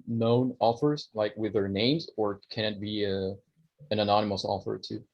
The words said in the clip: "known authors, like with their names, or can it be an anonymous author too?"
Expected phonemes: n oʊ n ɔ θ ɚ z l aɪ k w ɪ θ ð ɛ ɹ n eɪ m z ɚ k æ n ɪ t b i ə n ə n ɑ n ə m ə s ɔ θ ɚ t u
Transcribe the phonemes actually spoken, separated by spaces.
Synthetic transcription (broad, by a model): n oʊ n ɔ f ɚ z l aɪ k w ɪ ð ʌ ɹ n eɪ m z ɚ k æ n ɪ t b i ə n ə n ɑ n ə m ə s ɔ f ɚ t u